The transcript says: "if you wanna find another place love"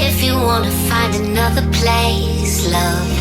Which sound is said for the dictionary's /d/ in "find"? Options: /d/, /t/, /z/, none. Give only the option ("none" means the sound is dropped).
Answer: /d/